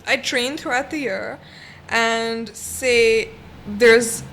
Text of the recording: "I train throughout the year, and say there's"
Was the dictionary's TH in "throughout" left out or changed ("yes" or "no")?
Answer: no